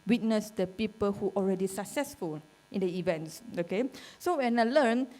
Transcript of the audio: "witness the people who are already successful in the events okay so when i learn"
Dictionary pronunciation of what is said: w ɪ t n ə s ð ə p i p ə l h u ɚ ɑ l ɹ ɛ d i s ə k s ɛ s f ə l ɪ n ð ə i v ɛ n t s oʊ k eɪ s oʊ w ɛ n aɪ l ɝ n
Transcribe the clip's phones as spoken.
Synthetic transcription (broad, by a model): w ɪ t n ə s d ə p i p ə l h u ɑ l ɹ ɛ d i s ə k s ɛ s f ə l ɪ n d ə i v ɛ n t s oʊ k eɪ s oʊ w ɛ n aɪ l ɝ n